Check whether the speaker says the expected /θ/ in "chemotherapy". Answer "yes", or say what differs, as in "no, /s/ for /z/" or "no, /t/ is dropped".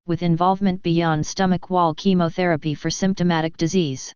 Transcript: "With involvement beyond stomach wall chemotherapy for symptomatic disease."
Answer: yes